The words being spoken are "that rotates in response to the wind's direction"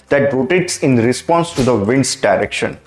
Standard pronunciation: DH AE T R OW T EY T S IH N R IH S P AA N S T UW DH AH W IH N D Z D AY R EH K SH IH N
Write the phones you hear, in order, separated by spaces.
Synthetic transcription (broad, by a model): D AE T R OW T EY T S IH N R IH S P AA N S T UW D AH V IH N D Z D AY R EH K SH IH N